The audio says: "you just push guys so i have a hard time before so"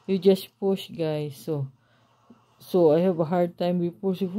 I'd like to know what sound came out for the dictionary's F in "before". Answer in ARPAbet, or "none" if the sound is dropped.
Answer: P